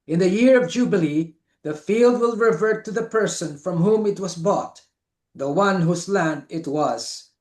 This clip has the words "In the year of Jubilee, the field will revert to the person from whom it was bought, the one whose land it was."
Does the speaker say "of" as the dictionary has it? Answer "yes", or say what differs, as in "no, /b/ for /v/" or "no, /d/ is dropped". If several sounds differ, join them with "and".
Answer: yes